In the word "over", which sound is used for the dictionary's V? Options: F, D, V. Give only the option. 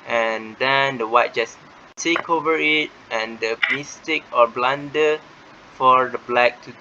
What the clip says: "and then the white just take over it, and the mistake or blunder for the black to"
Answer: V